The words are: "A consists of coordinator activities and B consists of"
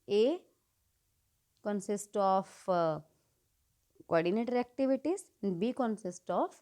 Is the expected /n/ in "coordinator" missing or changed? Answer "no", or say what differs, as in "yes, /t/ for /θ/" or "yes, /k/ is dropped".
no